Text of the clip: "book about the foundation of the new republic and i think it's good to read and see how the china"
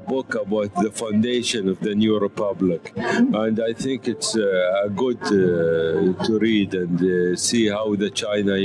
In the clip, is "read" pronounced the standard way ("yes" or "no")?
yes